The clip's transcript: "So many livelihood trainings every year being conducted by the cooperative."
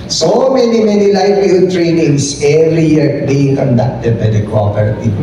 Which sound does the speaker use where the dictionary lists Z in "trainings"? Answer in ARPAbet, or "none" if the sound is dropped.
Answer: S